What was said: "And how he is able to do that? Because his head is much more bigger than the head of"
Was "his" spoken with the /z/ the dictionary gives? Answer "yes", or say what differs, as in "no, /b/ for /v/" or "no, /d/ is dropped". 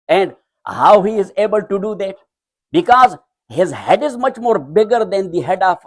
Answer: yes